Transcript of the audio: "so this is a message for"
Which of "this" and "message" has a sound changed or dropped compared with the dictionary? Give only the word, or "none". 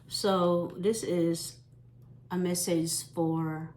message